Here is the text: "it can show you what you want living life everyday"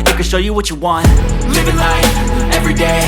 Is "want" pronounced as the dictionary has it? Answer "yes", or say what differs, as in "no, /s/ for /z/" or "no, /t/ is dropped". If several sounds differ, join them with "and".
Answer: yes